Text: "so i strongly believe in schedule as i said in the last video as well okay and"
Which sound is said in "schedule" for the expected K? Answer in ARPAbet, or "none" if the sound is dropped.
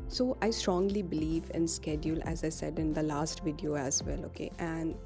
K